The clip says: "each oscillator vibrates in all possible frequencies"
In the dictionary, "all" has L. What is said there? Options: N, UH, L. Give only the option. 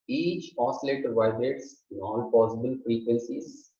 N